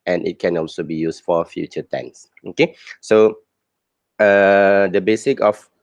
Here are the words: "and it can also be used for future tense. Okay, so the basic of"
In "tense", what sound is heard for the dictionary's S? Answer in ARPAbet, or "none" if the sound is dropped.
S